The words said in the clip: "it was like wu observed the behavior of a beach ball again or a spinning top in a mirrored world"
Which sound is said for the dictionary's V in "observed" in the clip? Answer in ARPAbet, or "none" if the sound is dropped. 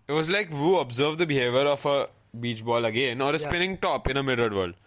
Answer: V